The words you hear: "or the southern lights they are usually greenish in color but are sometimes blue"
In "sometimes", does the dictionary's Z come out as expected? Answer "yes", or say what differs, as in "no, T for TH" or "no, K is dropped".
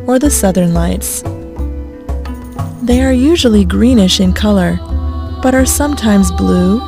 yes